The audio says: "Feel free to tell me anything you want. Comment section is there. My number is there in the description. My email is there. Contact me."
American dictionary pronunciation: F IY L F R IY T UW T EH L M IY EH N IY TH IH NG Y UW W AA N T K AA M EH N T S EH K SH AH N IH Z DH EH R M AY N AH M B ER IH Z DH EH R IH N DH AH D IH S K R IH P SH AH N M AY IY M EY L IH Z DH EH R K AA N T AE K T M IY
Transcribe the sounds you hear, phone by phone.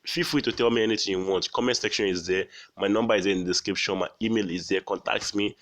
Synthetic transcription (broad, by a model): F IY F W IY T UW T EH L M IY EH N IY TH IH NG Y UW W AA N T K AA M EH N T S EH K SH AH N IH Z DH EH M AY N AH M B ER IH Z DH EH IH N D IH S K R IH P SH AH N M AY IY M EY L IH Z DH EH K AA N T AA K T M IY